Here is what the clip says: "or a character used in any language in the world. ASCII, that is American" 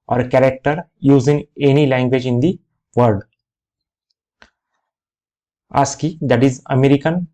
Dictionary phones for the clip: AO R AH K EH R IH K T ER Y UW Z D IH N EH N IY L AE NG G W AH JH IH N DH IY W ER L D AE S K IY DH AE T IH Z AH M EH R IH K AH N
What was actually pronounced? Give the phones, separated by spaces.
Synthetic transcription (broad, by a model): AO R K EH R IH K T ER Y UW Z IH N EH N IY L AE NG G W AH JH IH N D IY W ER D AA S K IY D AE T IH Z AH M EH R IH K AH N